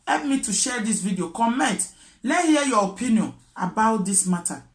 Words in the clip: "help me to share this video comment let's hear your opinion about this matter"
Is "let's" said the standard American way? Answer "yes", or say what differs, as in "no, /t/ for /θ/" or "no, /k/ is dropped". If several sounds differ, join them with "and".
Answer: no, /s/ is dropped